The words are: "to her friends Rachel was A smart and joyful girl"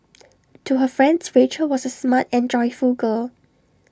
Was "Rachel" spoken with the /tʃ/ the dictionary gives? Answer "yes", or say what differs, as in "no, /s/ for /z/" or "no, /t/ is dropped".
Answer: yes